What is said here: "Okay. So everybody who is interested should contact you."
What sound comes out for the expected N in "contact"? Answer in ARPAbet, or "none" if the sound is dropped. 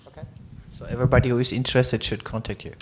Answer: N